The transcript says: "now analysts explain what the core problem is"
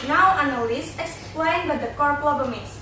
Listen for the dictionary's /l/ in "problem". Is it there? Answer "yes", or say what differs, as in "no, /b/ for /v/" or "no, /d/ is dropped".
no, /l/ is dropped